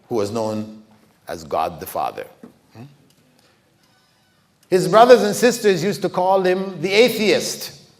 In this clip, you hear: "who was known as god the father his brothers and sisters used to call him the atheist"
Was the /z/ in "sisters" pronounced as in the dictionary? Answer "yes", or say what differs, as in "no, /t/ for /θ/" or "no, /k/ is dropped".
yes